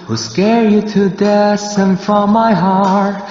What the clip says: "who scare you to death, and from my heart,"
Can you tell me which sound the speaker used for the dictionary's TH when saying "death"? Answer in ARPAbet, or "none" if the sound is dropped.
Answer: S